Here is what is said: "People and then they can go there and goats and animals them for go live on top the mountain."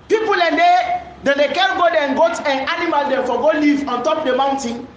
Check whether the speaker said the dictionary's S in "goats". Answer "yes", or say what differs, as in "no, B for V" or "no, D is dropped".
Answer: no, S is dropped